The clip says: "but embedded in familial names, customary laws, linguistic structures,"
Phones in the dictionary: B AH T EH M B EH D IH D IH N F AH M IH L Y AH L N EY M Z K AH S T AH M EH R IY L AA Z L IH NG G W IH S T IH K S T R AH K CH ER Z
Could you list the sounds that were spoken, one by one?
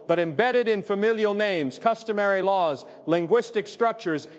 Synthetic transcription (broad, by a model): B AH T EH M B EH D IH D IH N F AH M IH L Y AH L N EY M Z K AH S T AH M EH R IY L AA Z L IH NG G W IH S T IH K S T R AH K CH ER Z